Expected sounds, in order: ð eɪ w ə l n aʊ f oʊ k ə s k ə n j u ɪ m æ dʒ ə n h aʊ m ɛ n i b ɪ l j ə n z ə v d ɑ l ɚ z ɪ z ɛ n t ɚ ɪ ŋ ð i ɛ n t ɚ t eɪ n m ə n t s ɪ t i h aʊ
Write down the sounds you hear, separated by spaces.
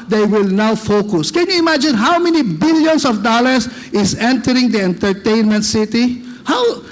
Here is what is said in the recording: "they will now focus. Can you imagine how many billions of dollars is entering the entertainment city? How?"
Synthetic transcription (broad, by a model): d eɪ w ə l n aʊ f oʊ k ə s k ə n j u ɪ m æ dʒ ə n h aʊ m ɛ n i b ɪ l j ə n s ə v d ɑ l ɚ s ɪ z ɛ n t ɚ ɪ ŋ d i ɛ n t ɚ t eɪ n m ə n t s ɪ t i h aʊ